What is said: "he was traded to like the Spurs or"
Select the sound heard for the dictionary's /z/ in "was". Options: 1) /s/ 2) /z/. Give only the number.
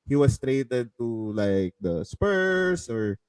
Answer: 1